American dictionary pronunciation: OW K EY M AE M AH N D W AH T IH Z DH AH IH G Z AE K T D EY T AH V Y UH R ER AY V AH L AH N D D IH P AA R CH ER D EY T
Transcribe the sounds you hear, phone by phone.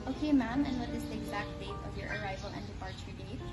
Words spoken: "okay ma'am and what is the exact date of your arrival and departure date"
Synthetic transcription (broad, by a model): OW K EY M AE M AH N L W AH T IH S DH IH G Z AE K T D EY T AH V Y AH R ER AY V AH L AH N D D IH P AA R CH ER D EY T